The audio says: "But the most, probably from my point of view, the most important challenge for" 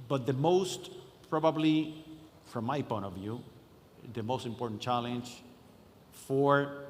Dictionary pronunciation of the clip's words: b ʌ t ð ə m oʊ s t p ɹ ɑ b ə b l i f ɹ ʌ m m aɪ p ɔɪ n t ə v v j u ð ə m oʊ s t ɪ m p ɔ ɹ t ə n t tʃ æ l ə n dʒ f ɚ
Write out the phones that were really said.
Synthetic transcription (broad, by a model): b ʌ t ð ə m oʊ s t p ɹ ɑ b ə b l i f ɹ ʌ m m aɪ p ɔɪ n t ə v v j u ð ə m oʊ s t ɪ m p ɔ ɹ t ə n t tʃ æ l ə n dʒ f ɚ